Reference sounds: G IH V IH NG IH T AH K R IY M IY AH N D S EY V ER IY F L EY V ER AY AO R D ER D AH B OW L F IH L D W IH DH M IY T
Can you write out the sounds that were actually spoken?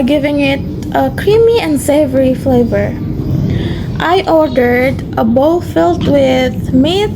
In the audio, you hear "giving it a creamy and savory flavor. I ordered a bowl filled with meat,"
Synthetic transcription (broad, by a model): G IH V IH NG IH T AH K R IY M IY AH N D S EY V ER IY F L EY V ER AY AO R D ER D AH B OW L F IH L D W IH DH M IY